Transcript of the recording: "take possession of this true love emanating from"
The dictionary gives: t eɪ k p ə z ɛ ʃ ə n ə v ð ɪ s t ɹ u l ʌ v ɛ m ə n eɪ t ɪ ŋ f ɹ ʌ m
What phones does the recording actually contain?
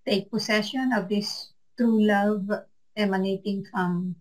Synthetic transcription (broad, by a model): t eɪ k p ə s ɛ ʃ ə n ə v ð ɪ s t ɹ u l ʌ v ɛ m ə n eɪ t ɪ ŋ f ɹ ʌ m